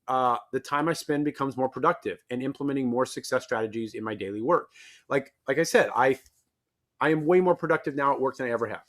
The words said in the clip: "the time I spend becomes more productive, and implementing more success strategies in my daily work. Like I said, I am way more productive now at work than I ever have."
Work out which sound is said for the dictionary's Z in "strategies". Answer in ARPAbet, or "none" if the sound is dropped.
Z